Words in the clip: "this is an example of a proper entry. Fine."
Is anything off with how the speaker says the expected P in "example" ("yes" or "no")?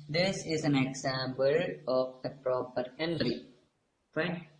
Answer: yes